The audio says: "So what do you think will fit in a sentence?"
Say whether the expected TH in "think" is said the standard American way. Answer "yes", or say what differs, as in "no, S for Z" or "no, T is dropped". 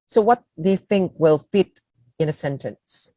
yes